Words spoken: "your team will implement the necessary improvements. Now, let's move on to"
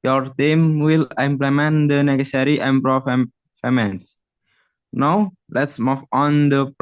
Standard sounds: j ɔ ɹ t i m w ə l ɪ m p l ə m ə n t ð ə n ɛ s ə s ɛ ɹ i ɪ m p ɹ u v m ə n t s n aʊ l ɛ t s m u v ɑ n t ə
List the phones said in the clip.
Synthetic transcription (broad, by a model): j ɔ ɹ t i m w ə l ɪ m p l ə m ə n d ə n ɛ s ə s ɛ ɹ i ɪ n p ɹ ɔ f m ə n s n aʊ l ɛ t s m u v ɑ n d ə